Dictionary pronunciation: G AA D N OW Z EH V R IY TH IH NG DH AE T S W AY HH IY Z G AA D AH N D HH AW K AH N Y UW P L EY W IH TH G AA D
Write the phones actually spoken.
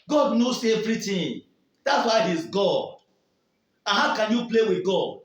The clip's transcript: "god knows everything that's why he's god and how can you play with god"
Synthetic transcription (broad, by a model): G AA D N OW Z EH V R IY T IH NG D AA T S W AY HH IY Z G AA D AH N HH AW K AH N Y UW P L EY W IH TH G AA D